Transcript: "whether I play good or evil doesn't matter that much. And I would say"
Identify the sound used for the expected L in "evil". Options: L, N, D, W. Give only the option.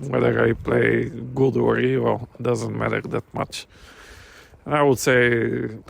L